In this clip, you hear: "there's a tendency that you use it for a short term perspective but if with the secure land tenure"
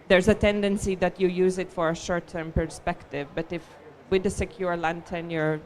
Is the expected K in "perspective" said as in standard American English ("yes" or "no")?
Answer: yes